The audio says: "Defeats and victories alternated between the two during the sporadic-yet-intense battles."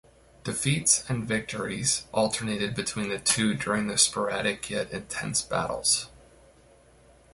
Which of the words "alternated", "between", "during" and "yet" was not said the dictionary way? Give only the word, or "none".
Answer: none